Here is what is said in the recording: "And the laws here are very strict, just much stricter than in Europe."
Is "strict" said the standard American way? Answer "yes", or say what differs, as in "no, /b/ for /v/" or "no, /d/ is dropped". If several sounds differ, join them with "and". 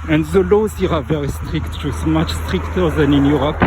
yes